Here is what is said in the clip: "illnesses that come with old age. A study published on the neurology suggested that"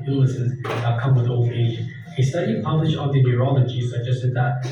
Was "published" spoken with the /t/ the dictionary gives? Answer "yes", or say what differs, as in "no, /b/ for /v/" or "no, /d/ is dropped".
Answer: no, /t/ is dropped